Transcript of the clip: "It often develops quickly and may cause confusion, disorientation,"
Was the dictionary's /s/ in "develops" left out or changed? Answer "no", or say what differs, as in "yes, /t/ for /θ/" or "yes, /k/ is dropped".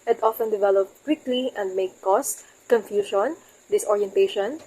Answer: yes, /s/ is dropped